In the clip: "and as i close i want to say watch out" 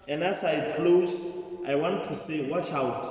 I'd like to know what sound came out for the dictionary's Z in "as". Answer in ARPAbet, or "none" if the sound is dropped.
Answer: S